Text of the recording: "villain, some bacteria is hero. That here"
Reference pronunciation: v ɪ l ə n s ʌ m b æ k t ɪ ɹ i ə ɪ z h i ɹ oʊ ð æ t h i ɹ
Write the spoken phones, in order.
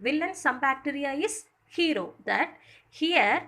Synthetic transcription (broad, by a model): v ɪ l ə n s ʌ m b æ k t ɪ ɹ i ə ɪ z h i ɹ oʊ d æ t h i ɹ